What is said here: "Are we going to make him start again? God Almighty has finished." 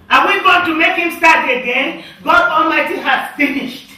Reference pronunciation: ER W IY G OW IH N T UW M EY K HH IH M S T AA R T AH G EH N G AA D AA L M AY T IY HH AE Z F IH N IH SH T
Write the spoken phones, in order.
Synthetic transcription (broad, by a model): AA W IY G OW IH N T UW M EY K HH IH M S T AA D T AH G EH N G AA D AA L M AY T IY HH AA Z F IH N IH SH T